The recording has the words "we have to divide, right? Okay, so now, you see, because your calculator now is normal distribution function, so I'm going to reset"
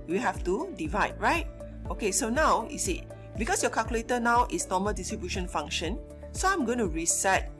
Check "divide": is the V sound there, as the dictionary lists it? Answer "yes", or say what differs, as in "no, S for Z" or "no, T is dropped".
yes